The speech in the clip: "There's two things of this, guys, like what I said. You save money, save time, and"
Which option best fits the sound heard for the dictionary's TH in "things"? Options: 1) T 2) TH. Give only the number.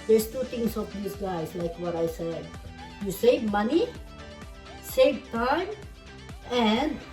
1